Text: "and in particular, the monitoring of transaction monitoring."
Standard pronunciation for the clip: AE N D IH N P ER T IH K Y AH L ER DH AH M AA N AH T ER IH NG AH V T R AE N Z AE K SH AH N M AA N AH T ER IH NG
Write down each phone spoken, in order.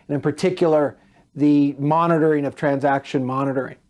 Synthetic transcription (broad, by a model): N IH N P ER T IH K Y L ER DH AH M AA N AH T ER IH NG AH V T R AE N Z AE K SH AH N M AA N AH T ER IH NG